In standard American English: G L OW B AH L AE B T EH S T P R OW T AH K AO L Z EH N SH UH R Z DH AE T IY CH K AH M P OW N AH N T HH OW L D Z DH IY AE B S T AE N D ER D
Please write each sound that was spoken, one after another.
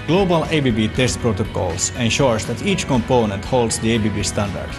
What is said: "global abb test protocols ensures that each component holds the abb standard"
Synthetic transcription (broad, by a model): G L OW B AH L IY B T EH S T P R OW T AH K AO L S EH N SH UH R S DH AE T IY CH K AH M P OW N AH N T HH OW L D S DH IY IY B S T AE N D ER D